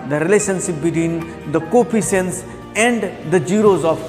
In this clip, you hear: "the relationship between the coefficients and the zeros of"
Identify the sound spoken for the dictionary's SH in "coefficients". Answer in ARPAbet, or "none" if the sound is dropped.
S